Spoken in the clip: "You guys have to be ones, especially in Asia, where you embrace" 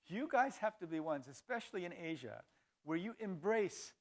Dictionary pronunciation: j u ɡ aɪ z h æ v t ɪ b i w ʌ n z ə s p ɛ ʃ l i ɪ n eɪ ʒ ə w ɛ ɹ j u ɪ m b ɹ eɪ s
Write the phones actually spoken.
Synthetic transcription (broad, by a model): j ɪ ɡ aɪ z h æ f t ɪ b i w ʌ n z ə s p ɛ ʃ l i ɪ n eɪ ʒ ə w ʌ ɹ j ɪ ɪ m b ɹ eɪ s